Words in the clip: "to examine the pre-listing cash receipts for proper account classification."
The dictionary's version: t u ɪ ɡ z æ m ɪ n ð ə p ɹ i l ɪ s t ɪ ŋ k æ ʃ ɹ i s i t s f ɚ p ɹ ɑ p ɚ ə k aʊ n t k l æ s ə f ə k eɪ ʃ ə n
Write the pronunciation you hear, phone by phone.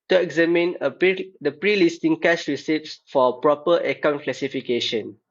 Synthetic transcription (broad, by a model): t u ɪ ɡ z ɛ m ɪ n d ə p ɹ i l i s t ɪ ŋ k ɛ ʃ ɹ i s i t s f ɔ p ɹ ɑ p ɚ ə k aʊ n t k l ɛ s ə f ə k eɪ ʃ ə n